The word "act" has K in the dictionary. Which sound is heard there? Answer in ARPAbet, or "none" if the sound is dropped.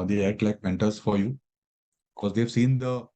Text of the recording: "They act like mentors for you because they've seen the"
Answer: none